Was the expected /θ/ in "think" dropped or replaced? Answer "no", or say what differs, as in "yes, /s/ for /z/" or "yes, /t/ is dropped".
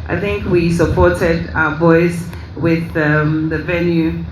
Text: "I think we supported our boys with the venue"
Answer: no